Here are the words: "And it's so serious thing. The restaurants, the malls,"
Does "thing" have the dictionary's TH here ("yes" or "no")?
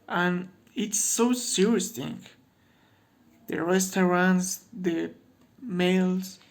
no